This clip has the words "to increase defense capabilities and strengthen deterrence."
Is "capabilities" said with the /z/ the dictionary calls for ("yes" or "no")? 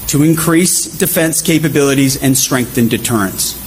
yes